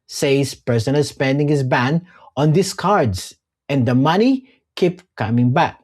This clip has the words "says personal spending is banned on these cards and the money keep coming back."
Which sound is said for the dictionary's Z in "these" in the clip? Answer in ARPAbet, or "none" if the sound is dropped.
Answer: S